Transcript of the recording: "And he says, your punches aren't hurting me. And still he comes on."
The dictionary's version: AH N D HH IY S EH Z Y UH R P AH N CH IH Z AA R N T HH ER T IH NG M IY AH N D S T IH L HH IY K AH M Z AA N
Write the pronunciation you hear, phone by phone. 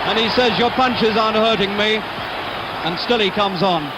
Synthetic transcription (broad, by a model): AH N IY S EH Z Y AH R P AH N CH IH Z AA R N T HH ER T IH NG M IY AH N S T IH L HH IY K AH M Z N